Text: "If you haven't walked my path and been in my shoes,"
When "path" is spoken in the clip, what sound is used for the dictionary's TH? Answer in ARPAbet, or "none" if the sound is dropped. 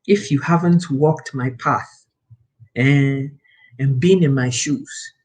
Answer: TH